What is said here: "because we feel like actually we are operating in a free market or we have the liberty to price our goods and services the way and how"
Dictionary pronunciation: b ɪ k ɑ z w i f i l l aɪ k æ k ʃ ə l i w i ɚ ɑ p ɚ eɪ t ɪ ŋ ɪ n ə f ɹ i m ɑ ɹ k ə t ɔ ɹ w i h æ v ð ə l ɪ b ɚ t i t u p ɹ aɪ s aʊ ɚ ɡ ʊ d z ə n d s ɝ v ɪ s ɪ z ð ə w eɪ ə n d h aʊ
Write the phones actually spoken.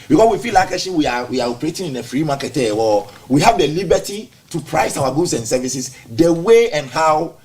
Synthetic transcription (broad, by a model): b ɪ k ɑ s w i f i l l aɪ k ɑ ʃ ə w i w i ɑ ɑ p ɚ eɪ t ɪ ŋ ɪ n ə f ɹ i m ɑ k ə t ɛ w w i h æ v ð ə l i b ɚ t i t u p ɹ aɪ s aʊ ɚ ɡ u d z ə n s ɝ v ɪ s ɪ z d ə w eɪ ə n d h aʊ